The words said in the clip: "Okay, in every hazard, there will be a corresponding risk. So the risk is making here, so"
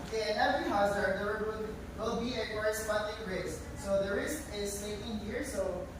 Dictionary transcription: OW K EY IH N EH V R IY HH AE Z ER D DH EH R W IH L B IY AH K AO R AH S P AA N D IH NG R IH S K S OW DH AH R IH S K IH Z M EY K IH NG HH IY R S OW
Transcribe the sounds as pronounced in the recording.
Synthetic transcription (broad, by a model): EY IH N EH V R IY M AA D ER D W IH L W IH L B IY AH K AO R AH S P AA N D IH NG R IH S S OW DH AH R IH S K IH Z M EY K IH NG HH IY R S OW